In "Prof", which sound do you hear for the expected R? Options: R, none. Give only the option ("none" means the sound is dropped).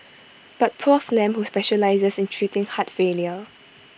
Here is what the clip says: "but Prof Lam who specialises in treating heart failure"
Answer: none